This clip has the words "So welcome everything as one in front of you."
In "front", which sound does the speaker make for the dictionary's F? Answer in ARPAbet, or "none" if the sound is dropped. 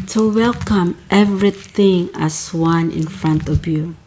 F